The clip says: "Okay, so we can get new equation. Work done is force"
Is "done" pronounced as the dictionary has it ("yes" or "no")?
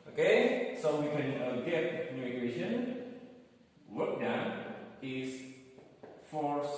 no